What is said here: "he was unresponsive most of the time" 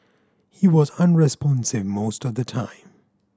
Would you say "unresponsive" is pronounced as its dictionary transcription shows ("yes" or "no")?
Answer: yes